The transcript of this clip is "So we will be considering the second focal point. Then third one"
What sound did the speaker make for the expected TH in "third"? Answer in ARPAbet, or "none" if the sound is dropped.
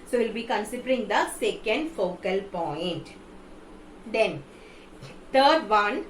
T